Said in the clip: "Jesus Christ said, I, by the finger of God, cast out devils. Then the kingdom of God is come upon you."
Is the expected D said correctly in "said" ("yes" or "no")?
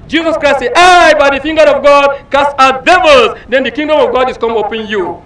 no